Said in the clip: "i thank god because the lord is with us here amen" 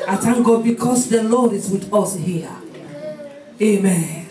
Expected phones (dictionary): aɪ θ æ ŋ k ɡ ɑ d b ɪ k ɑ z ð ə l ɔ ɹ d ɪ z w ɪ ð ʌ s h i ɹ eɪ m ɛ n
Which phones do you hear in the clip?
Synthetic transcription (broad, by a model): aɪ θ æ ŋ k ɡ ɑ d b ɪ k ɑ s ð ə l ɔ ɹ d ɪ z w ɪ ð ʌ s h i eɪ m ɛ n